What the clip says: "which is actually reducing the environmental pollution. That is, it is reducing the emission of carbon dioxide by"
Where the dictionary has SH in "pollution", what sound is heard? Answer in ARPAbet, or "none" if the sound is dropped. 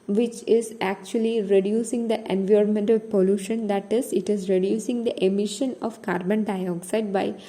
SH